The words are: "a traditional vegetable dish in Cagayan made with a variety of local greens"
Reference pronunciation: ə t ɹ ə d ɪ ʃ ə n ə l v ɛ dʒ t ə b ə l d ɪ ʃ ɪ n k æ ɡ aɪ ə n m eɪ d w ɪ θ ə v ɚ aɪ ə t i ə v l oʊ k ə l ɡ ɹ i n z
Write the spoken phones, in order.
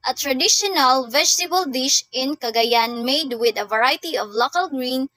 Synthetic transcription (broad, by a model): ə t ɹ ə d ɪ ʃ ə n ə l v ɛ dʒ t ə b ə l d ɪ ʃ ɪ n k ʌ ɡ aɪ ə n m eɪ d w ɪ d ə v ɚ aɪ t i ə v l oʊ k ə l ɡ ɹ i n